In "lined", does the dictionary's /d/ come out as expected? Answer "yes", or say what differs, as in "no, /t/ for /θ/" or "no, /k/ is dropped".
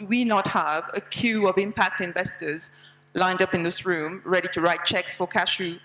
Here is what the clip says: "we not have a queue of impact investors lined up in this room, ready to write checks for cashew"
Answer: yes